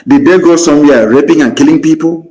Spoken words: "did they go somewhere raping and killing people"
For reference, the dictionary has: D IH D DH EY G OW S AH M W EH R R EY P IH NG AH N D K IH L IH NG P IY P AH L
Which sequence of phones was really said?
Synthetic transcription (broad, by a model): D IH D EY G OW S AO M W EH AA R EY P IH NG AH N K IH L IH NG P IY P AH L